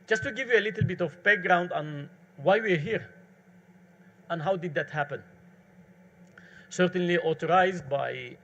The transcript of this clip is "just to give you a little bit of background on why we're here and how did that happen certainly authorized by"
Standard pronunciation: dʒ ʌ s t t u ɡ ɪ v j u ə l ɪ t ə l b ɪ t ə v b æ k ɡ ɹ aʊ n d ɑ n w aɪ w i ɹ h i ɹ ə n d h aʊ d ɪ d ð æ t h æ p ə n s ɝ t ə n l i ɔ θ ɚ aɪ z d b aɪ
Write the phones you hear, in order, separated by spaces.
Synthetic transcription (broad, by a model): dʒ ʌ s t t u ɡ ɪ v j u ə l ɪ t l b ɪ t ə v b æ k ɡ ɹ aʊ n d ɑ n w aɪ w i ɹ h i ɹ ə n h aʊ d ɪ d ð æ t h æ p ə n s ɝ t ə n l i ɔ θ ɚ aɪ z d b aɪ